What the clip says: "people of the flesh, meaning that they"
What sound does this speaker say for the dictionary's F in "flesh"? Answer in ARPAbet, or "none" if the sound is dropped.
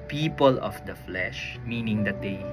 F